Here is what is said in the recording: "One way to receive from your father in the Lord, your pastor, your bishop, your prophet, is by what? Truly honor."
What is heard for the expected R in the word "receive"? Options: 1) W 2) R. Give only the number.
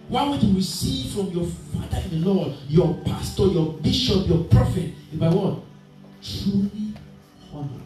1